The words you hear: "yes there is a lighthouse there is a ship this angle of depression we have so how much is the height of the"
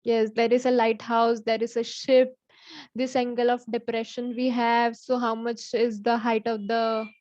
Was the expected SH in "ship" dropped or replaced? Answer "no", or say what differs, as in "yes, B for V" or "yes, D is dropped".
no